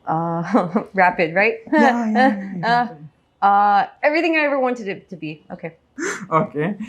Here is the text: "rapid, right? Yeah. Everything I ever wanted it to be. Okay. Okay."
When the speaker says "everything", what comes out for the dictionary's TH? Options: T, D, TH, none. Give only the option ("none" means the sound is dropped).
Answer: TH